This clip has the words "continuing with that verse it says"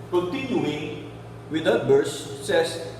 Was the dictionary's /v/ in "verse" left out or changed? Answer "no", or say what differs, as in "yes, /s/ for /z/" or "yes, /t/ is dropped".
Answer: yes, /b/ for /v/